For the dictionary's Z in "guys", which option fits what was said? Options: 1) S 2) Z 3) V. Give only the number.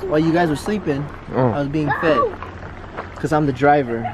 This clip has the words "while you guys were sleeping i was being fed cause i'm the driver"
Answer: 2